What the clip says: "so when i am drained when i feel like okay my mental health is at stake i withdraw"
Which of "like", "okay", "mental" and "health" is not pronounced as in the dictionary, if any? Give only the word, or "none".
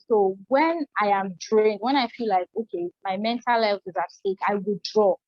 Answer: health